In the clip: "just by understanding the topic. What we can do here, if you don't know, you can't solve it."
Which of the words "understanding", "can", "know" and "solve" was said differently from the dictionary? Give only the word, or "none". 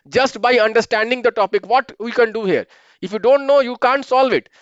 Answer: none